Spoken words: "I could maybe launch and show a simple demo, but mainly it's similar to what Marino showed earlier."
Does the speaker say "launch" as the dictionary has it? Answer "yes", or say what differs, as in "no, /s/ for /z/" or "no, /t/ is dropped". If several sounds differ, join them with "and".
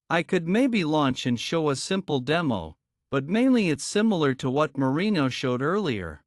yes